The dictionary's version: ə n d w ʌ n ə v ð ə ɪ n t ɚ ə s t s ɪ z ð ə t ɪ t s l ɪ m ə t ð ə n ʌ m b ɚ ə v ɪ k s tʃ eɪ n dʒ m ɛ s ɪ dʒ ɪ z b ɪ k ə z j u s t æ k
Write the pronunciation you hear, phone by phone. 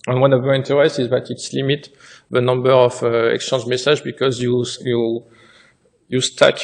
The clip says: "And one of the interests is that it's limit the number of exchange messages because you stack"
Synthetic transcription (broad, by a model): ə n w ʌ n ə v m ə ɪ n t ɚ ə s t ɪ z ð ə t ɪ t s l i m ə t ð ə n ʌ m b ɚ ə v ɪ k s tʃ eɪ n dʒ m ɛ s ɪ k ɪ z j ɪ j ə j u s t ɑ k